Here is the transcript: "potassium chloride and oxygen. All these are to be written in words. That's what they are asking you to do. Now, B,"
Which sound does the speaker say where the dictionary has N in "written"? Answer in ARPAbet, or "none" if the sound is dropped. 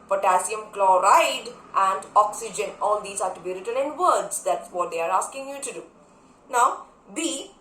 L